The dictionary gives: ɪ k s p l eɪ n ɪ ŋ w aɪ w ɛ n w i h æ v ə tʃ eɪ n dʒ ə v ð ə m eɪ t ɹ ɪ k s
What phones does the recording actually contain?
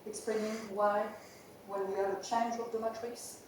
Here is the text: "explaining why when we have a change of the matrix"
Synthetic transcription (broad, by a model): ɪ k s p l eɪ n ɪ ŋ w aɪ w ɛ l w i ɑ ə tʃ eɪ n dʒ ə v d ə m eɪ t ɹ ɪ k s